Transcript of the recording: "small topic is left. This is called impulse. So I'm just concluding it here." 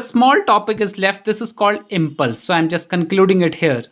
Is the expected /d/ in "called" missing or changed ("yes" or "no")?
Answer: no